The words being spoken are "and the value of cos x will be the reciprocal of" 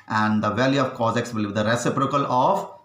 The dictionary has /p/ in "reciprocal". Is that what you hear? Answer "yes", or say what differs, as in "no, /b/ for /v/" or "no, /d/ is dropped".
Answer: yes